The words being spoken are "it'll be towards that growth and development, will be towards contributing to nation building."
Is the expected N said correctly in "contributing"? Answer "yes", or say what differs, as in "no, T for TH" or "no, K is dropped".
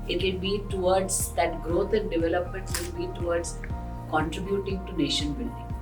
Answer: yes